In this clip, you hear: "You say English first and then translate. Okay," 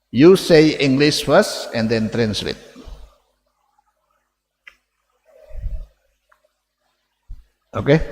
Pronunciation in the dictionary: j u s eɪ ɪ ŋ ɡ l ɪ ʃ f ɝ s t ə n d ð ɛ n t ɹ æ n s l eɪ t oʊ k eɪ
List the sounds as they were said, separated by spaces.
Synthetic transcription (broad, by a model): j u s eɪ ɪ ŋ ɡ l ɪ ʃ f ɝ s ə n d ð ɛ n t ɹ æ n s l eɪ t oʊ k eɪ